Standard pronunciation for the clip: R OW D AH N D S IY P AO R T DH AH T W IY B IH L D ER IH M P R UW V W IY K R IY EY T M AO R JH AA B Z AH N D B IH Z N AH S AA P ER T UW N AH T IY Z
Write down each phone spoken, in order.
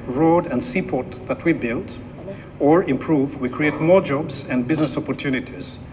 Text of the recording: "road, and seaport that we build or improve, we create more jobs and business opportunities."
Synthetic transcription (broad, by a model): R OW D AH N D S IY P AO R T DH AH T W IY B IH L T ER IH M P R UW V W IY K R IY EY T M AO R JH AA B Z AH N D B IH Z N AH S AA P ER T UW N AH T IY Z